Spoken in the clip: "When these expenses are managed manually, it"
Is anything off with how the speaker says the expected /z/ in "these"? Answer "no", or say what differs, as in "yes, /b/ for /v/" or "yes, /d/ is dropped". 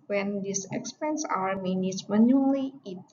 yes, /s/ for /z/